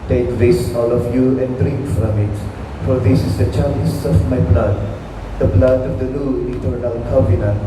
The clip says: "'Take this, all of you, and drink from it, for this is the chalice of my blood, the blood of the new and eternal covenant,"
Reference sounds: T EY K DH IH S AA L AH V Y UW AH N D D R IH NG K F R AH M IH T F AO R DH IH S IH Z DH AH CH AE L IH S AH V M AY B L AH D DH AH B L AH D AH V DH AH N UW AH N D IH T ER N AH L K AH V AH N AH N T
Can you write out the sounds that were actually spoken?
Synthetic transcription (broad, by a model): T EY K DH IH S AA L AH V Y UW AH N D D R IH NG K F R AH M IH T F AO R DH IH S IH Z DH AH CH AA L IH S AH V M AY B L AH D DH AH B L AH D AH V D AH L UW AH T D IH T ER AH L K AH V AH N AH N